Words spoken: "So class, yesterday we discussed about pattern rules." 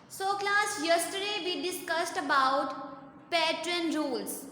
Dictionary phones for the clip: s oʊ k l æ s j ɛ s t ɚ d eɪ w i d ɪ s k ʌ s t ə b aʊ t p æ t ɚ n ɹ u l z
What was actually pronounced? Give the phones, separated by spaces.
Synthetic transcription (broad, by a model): s oʊ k l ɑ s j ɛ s t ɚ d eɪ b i d ɪ s k ʌ s t ə b aʊ t p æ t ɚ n ɹ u l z